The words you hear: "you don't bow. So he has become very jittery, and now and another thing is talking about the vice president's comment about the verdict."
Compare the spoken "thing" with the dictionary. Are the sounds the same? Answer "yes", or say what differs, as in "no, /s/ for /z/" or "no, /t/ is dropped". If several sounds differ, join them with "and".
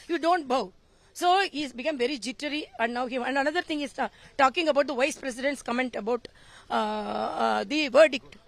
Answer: no, /t/ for /θ/